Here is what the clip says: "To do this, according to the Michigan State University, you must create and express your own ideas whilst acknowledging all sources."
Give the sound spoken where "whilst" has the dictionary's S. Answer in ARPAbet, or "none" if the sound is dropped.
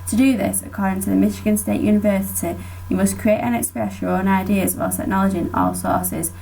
none